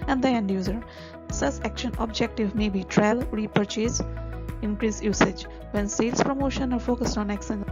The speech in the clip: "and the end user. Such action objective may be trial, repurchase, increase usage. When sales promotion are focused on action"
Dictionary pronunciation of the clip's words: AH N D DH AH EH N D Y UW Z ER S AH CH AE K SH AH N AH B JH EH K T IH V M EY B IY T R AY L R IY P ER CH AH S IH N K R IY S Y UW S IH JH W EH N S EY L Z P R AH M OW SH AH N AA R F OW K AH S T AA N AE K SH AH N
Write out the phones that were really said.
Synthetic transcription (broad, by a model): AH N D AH EH N D Y UW Z ER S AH S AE K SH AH N AH B JH EH K T IH V M EY B IY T R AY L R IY P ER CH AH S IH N K R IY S Y UW S IH JH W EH N S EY L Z P R AH M OW SH AH N AA R F OW K AH S T AA N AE K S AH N